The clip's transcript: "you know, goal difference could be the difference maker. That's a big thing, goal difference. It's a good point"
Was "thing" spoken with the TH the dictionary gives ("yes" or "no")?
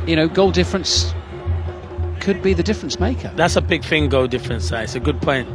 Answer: no